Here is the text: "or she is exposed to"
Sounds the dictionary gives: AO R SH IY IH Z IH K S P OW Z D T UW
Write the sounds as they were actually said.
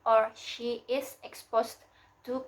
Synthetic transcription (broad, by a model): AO R SH IY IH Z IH K S P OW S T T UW